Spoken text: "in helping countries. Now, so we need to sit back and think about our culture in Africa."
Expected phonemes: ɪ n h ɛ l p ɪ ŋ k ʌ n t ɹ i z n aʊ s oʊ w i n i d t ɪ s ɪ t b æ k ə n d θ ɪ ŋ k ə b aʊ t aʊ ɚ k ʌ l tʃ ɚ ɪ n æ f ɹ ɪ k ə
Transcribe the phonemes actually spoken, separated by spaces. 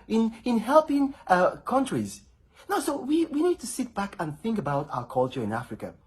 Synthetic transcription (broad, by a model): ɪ n h ɛ l p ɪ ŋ k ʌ n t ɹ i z n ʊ s oʊ w i n i d t ɪ s ɪ t b æ k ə n θ ɪ ŋ k ə b aʊ t aʊ ɚ k ʌ l tʃ ɚ ɪ n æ f ɹ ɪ k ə